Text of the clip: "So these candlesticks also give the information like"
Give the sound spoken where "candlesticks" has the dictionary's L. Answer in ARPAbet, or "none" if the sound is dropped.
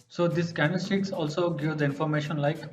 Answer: none